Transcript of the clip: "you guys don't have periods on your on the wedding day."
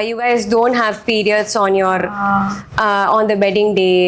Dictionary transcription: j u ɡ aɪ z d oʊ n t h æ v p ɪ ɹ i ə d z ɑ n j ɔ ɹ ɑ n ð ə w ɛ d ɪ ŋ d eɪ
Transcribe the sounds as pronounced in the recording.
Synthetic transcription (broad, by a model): j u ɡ aɪ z d oʊ n t h æ v p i ɹ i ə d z ɑ n j ɔ ɹ ɑ n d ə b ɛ d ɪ ŋ d eɪ